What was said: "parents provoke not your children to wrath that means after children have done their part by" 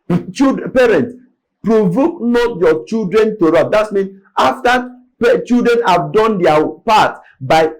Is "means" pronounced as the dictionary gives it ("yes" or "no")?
no